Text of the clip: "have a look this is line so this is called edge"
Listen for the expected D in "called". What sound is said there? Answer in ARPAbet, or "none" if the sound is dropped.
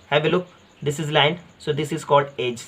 D